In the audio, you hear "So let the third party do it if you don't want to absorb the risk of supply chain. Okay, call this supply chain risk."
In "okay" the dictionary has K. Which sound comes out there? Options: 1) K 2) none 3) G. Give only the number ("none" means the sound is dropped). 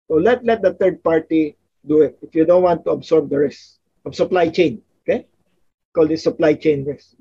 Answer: 1